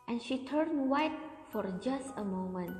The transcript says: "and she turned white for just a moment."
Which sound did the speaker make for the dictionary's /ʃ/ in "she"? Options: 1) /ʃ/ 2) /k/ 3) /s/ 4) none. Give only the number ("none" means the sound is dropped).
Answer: 1